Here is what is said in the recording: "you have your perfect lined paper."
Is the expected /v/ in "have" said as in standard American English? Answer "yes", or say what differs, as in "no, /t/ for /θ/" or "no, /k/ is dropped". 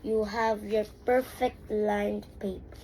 yes